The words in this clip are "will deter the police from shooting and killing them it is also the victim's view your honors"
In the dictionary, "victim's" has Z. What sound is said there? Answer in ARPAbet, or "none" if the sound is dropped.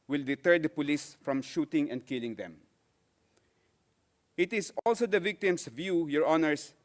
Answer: S